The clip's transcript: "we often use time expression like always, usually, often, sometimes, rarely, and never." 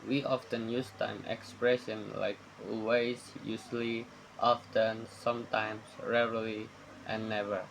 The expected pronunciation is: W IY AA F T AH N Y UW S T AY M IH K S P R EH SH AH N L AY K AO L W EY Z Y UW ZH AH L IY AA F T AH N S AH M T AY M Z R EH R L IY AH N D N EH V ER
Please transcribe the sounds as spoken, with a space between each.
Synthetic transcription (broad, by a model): W IY AA F T AH N Y UW S T AY M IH K S P R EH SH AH N L AY K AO W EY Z Y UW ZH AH L IY AA F T AH N S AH M T AY M S R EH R L IY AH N N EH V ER